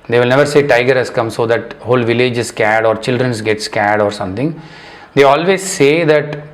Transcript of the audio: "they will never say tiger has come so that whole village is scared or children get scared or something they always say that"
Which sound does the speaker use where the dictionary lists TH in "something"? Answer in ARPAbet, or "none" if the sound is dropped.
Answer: T